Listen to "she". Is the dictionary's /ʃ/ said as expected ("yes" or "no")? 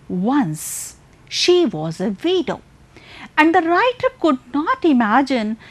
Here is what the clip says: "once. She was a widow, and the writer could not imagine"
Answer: yes